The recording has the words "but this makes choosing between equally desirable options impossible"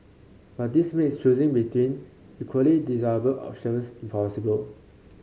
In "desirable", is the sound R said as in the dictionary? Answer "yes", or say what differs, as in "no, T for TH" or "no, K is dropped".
no, R is dropped